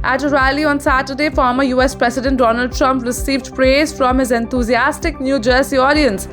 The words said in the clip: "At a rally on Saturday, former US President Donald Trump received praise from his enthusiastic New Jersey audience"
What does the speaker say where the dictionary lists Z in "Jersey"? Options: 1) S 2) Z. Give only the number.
1